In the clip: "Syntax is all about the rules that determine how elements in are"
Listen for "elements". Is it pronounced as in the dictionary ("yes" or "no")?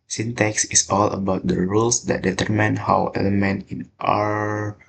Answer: no